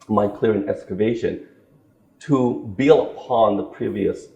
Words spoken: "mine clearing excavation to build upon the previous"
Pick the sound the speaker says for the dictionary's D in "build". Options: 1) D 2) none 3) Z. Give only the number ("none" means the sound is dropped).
2